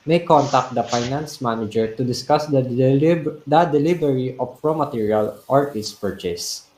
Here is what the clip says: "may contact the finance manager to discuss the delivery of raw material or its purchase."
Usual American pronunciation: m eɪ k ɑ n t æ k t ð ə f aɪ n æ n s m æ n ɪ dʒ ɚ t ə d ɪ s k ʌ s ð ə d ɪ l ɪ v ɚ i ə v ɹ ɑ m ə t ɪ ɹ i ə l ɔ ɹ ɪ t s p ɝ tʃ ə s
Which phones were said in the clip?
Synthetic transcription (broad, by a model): m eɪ k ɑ n t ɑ k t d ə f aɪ n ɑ n s m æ n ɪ dʒ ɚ t ə d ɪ s k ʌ s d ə d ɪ l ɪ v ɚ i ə p ɹ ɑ m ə t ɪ ɹ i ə l ɔ ɹ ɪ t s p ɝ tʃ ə s